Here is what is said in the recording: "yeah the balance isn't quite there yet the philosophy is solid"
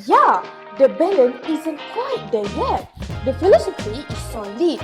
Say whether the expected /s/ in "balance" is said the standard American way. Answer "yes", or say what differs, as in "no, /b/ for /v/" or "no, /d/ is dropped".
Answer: no, /s/ is dropped